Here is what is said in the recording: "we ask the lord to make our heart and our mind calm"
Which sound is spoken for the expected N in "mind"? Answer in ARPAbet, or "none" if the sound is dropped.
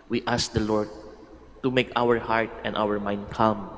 N